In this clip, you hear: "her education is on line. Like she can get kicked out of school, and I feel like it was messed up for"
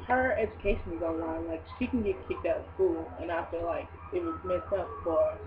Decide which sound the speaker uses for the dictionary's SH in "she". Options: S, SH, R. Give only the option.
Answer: SH